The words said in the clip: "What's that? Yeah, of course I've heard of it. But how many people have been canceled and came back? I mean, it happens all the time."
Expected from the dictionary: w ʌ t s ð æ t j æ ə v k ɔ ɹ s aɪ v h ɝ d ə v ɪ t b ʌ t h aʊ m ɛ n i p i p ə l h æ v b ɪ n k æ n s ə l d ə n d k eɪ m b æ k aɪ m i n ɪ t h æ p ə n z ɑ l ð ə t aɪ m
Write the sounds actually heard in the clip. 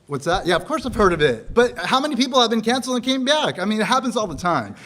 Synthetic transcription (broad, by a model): w ʌ t s ð æ t j æ ə v k ɔ ɹ s aɪ v h ɝ d ə v ɪ t b ʌ t h aʊ m ɛ n i p i p l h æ v b ɪ n k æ n s l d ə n k eɪ m b æ k aɪ m i n ɪ t h æ p ə n z ɑ l ð ə t aɪ m